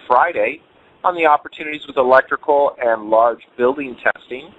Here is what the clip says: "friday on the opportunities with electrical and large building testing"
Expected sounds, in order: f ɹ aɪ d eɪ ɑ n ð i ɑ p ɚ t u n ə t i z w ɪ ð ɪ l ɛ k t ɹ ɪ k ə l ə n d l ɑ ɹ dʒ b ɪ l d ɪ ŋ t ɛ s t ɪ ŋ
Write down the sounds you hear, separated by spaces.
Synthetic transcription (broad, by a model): f ɹ aɪ d eɪ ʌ n ð i ɑ p ɚ t u n ə t i z w ɪ ð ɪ l ɛ k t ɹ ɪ k l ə n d l ɑ ɹ dʒ b ɪ l d ɪ ŋ t ɛ s t ɪ ŋ